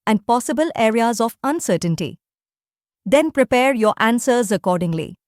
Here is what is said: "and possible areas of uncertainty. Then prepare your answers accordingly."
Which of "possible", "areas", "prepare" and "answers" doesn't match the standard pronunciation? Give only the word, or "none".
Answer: none